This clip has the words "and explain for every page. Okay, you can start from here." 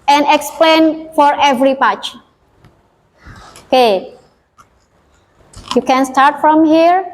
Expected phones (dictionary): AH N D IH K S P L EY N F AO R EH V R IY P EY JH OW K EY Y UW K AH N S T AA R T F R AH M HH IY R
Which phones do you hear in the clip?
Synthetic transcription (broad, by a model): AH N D IH K S P L EY N F AO R EH V R IY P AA CH OW K EY Y UW K AH N S T AA R T F R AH M HH IY R